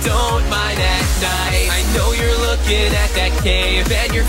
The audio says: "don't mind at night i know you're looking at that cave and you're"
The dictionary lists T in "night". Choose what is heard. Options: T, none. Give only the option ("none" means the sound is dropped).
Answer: none